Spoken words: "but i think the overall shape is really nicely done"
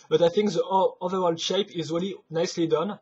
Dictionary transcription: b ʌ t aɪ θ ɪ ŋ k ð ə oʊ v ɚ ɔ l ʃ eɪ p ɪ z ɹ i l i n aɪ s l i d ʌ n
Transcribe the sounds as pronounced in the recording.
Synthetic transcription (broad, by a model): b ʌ t aɪ θ ɪ ŋ k ð ə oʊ v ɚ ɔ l ʃ eɪ p ɪ z ɹ i l i n aɪ s l i d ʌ n